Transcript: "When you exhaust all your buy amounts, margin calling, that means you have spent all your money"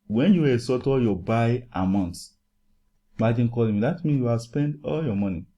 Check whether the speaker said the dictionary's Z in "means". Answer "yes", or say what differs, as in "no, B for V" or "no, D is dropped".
no, Z is dropped